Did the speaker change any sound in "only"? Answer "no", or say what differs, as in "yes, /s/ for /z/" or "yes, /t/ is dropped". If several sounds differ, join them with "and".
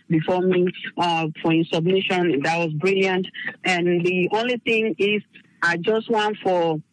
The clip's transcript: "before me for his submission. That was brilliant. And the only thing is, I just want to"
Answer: no